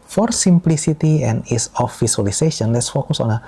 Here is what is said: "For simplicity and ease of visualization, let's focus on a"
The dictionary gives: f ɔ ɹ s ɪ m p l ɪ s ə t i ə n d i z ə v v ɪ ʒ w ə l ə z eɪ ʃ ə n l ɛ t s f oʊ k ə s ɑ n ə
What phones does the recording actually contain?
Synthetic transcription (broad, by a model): f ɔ ɹ s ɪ m p l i s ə t i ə n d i s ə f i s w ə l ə s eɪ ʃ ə n l ɛ t s f oʊ k ə s ɑ n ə